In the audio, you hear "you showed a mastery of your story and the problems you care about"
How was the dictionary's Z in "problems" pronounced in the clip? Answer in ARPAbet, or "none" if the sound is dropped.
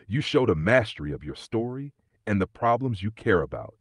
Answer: Z